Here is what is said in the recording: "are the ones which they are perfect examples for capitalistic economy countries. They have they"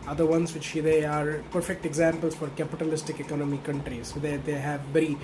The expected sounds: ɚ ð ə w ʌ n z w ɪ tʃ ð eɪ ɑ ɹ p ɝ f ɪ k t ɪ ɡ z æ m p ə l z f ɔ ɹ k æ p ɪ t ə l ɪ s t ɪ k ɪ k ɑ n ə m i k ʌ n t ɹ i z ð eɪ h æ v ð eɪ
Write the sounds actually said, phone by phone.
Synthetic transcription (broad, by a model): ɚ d ə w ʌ n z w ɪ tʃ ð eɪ ɑ ɹ p ɝ f ɪ k t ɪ ɡ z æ m p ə l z f ɔ ɹ k æ p ɪ t ə l ɪ s t ɪ k ɪ k ɑ n ə m i k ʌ n t ɹ i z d eɪ h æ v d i